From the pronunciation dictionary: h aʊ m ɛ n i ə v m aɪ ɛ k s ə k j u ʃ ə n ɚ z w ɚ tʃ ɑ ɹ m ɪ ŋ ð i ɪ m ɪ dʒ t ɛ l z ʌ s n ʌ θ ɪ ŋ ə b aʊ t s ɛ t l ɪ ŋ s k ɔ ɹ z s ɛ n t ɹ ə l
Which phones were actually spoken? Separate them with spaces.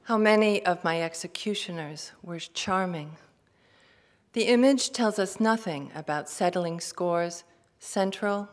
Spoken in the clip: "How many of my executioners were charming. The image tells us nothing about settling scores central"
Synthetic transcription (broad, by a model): h aʊ m ɛ n i ə v m aɪ ɛ k s ə k j u ʃ ə n ɚ z w ɚ tʃ ɑ ɹ m ɪ ŋ ð i ɪ m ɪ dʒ t ɛ l z ʌ s n ʌ θ ɪ ŋ ə b aʊ t s ɛ t l ɪ ŋ s k ɔ ɹ z s ɛ n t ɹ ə l